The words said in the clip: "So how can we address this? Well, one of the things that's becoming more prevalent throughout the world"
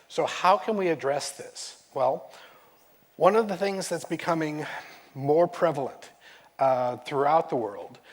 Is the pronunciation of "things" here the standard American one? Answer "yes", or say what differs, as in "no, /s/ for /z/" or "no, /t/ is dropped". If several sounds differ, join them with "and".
yes